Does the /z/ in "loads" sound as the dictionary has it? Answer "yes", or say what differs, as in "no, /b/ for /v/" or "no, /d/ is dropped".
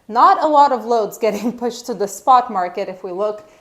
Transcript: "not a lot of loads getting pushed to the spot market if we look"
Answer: yes